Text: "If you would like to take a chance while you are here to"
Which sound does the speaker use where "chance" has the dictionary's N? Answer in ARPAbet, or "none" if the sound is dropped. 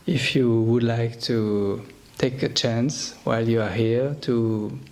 N